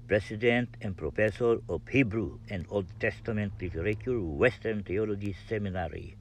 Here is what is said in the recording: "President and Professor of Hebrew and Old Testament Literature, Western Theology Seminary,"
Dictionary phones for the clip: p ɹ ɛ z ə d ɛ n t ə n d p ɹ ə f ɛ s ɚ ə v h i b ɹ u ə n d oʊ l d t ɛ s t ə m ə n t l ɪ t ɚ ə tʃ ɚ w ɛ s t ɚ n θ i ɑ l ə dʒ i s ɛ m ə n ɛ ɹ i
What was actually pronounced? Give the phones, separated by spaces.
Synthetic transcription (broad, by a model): p ɹ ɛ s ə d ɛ n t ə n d p ɹ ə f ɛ s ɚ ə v h i b ɹ u ə n d oʊ l d t ɛ s t ə m ə n t l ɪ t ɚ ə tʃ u w ɛ s t ɚ n t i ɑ l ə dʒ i s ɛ m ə n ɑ ɹ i